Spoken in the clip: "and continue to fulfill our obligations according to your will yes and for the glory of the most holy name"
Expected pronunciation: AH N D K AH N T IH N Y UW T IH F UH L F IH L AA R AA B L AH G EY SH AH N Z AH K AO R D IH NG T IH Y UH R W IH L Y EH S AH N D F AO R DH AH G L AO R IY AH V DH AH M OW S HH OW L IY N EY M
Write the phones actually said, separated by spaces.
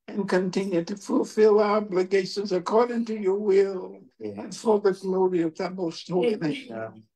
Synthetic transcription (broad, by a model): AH N K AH N T IH N Y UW T IH F UH L F IH L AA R AA B L AH G EY SH AH N Z AH K AO R D IH NG T IH Y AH R W IH L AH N F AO L DH AH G L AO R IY AH V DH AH M OW S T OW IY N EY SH